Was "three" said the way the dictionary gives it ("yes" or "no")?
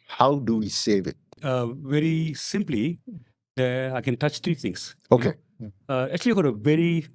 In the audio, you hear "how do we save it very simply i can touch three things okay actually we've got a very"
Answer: no